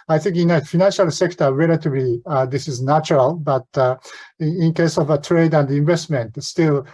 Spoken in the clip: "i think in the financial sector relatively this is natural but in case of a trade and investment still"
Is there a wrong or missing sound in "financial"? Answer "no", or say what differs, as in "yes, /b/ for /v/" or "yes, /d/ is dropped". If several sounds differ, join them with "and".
no